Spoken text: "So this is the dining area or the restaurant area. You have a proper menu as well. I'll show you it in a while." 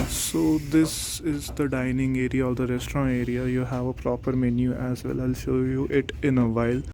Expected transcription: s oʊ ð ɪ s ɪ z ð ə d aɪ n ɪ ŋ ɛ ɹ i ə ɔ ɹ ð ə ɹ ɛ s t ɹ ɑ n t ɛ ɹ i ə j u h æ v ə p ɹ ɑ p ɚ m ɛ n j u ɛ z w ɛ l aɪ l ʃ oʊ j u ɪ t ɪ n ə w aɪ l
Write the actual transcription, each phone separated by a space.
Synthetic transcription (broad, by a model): s oʊ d ɪ s ɪ z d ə d aɪ n ɪ ŋ ɛ ɹ i ə ɔ ɹ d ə ɹ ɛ s t ɹ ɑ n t ɛ ɹ i ə j u h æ v ə p ɹ ɑ p ɚ m ɛ n j u ɛ z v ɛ l aɪ l ʃ oʊ j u ɪ t ɪ n ə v aɪ l